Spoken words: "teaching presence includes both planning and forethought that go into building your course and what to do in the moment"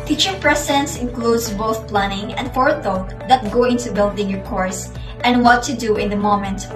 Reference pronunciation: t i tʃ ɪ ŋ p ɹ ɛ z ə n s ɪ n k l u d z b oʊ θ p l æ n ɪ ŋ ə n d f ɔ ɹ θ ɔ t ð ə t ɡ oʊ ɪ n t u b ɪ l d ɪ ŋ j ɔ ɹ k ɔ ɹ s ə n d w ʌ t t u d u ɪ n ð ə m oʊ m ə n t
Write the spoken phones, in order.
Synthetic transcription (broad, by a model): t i tʃ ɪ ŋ p ɹ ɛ s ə n s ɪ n k l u d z b oʊ θ p l æ n ɪ ŋ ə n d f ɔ ɹ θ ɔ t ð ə t ɡ oʊ ɪ n t u b ɪ l d ɪ ŋ j ɔ ɹ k ɔ ɹ s ə n d w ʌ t t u d u ɪ n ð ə m oʊ m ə n t